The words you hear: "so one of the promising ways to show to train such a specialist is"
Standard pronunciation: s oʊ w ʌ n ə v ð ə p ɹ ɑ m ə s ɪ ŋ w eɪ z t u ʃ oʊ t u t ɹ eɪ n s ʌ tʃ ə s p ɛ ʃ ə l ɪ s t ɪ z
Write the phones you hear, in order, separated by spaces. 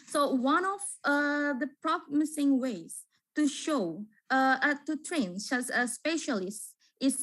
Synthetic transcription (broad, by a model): s oʊ w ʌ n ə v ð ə p ɹ ɑ m ə s ɪ ŋ w eɪ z t u ʃ oʊ t u t ɹ eɪ n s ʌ s ə s p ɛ ʃ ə l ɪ s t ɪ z